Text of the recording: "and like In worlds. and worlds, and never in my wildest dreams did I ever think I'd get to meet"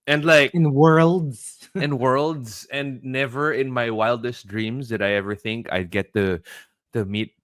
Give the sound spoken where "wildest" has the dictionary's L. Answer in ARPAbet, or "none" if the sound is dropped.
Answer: L